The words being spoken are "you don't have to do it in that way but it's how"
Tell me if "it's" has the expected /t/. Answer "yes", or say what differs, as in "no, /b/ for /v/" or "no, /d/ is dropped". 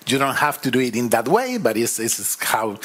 no, /s/ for /t/